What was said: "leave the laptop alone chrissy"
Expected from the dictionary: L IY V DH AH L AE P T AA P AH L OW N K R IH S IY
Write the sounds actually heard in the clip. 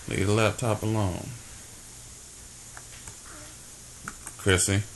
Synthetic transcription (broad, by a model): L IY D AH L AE T AA P AH L OW N K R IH S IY